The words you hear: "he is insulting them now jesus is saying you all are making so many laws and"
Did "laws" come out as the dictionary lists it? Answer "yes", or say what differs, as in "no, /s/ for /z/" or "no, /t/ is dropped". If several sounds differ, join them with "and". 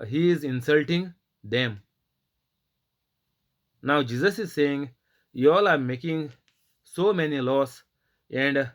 no, /s/ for /z/